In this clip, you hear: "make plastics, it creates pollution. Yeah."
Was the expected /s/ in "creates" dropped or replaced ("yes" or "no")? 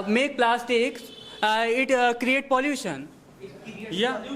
yes